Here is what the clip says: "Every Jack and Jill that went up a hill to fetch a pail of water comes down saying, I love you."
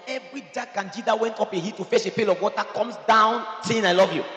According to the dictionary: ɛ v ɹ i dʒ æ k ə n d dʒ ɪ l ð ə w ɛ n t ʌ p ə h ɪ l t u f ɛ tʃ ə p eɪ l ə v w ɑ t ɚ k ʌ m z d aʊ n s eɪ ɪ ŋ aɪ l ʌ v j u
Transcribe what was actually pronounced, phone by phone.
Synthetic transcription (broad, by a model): ɛ v ɹ i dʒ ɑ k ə n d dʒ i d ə w ɛ n t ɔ p ə h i t u f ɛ s ə p eɪ l ə v w ɑ t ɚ k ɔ m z d aʊ n s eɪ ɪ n aɪ l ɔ v j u